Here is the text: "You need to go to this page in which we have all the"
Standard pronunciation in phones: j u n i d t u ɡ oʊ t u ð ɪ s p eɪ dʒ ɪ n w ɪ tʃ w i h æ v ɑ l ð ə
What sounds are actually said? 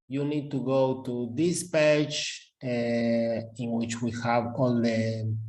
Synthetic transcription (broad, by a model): j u n i d t u ɡ oʊ t u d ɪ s p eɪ tʃ ɪ n w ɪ tʃ w i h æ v ɑ l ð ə